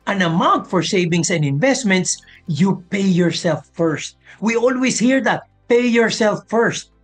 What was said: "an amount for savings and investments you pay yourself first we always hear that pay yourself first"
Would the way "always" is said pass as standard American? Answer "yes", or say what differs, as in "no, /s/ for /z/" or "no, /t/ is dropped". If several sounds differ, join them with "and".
no, /s/ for /z/